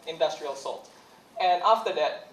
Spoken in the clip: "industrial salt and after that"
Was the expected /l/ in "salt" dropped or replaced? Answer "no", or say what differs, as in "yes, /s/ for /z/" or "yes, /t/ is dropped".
no